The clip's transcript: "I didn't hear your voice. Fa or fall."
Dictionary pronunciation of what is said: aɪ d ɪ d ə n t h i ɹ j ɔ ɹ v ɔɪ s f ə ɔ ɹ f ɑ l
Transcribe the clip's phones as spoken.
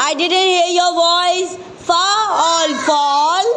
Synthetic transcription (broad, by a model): aɪ d ɪ d ə n t h i ɹ j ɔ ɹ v ɔɪ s f ə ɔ l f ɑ l